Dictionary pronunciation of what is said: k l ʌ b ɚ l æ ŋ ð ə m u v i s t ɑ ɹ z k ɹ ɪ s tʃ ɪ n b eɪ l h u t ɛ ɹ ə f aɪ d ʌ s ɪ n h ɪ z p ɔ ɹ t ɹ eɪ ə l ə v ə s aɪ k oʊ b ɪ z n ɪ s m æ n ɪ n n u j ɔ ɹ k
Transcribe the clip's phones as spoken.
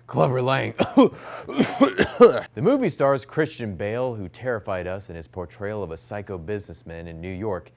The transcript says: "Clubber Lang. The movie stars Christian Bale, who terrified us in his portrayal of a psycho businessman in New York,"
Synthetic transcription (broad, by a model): k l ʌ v ɚ l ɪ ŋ ð ə m u v i s t ɑ ɹ z k ɹ ɪ s tʃ ɪ n b eɪ l h u t ɛ ɹ ə f aɪ d ʌ s ɪ n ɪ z p ɔ ɹ t ɹ eɪ ə l ə v ə s aɪ k oʊ b ɪ z n ɪ s m æ n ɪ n n u j ɔ ɹ k